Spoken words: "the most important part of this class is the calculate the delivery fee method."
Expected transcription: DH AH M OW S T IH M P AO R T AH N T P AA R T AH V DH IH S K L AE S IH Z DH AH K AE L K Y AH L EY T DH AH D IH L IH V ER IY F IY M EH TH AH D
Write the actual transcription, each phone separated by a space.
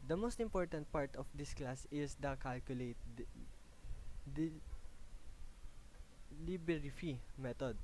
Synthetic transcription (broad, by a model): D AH M OW S T IH M P AO R T AH N T P AA R T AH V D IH S K L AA S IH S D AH K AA L K Y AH L EY T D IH L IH B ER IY F IY M EH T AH D